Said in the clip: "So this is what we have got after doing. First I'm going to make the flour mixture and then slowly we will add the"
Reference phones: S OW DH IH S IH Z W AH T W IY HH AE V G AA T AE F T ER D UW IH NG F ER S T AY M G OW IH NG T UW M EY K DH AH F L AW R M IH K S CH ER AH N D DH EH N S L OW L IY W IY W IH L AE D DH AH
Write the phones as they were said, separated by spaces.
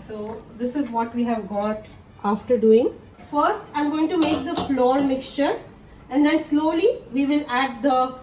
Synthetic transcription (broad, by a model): S OW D IH S IH Z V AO T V IY HH AE V G AA T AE F T ER D UW IH NG F ER S T AY M G OW IH NG T UW M EY K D AH F L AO R M IH K S CH ER AH N D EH N S L OW L IY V IY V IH L AE D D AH